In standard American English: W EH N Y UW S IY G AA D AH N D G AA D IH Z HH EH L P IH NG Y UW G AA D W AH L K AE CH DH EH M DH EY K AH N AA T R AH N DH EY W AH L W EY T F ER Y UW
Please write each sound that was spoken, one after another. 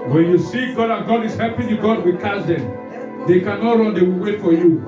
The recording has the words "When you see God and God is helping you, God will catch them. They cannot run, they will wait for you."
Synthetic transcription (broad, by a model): W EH N Y UW S IY G AA D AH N G AA D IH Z HH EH P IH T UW G AA D W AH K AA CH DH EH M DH EY K AH N AA T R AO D EY W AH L W EY T F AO Y UW